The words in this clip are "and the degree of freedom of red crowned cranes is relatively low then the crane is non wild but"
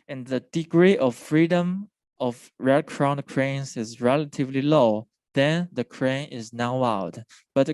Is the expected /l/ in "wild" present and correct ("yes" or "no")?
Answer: no